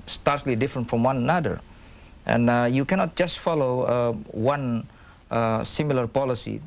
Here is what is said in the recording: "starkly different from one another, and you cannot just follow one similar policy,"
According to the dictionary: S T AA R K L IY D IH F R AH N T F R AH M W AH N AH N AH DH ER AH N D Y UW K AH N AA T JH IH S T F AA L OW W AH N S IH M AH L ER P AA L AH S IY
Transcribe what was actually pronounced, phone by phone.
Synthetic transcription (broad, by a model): S T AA R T L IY D IH F R AH N T F R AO M W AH N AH N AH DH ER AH N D Y UW K AH N AA T JH IH S T F AA L OW W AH N S IH M AH L ER P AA L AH S IY